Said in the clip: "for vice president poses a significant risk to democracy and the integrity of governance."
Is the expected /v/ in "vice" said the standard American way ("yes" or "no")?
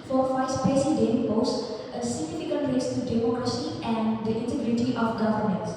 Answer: no